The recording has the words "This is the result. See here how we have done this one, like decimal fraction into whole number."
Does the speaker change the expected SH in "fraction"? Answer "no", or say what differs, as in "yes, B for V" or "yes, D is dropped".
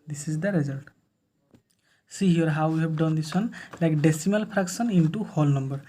yes, S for SH